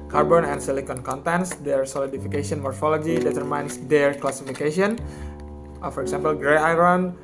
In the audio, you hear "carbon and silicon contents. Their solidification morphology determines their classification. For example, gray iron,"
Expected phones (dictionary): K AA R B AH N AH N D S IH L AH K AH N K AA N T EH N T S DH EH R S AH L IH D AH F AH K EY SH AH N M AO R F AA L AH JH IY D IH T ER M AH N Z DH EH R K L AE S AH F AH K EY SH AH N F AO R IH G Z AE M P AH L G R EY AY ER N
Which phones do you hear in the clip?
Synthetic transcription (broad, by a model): K AA R B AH N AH N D S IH L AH K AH N K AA N T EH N S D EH R S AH L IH D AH F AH K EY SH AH N M AO R F AA L AH JH IY D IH T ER M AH N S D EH R K L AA S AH F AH K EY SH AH N F AO R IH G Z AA M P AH L G R EY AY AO N